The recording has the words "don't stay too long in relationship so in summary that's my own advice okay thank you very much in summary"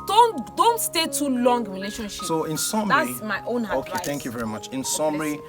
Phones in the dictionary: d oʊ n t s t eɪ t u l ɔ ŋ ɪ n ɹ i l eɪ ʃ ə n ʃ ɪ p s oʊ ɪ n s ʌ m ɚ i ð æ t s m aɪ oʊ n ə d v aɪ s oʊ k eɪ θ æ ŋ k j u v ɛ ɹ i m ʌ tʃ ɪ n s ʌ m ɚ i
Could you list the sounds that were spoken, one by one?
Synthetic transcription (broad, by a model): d oʊ n t s t eɪ t u l ɔ ŋ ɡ ɹ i l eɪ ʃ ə n ʃ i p s oʊ ɪ n s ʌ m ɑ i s m aɪ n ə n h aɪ oʊ k eɪ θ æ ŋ k j u v ɛ ɹ i m ʌ tʃ ɪ n s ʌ m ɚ i